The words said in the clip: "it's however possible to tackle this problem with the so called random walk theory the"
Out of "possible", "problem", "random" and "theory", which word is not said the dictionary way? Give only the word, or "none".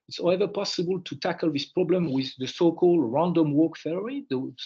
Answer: theory